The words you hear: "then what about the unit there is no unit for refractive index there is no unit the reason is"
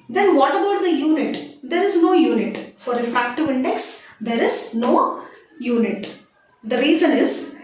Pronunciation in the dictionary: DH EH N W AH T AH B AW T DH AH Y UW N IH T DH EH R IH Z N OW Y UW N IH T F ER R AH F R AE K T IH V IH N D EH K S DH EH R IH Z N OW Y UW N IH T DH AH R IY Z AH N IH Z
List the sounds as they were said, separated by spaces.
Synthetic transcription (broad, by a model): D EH N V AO T AH B AW T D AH Y UW N IH T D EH R IH Z N OW Y UW N IH T F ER R AH F R AE K T IH V IH N D EH K S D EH R IH Z N OW Y UW N IH T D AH R IY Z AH N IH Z